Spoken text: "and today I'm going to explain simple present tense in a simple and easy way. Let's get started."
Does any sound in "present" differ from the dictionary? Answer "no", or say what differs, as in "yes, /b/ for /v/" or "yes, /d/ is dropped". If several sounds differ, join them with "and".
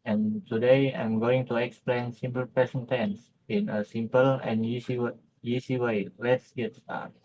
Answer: yes, /ɹ/ is dropped and /s/ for /z/